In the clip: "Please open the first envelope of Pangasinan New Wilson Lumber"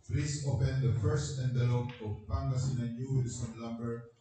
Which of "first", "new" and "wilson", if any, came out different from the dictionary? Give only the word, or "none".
wilson